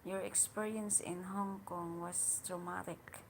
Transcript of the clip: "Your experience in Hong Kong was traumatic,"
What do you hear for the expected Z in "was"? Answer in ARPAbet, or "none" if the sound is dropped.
S